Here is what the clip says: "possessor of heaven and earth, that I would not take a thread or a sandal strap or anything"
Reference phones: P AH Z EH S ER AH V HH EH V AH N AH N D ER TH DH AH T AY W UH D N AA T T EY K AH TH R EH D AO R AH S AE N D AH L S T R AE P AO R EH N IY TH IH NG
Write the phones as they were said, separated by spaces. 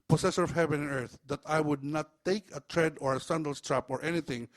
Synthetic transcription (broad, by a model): P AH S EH S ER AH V HH EH V AH N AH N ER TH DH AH T AY W UH D N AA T T EY K AH T R EH D AO R AH S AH N D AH L S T R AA P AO R EH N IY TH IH NG